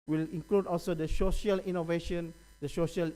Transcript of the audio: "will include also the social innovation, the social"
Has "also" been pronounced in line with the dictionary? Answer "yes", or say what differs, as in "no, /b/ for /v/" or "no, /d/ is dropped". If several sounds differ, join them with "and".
yes